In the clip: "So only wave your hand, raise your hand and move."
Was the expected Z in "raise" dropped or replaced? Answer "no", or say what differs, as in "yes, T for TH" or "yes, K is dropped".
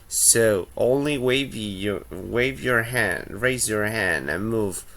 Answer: no